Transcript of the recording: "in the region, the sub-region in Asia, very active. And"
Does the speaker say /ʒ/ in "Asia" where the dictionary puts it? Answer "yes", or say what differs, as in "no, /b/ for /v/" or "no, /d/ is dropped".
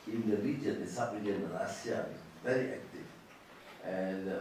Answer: no, /s/ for /ʒ/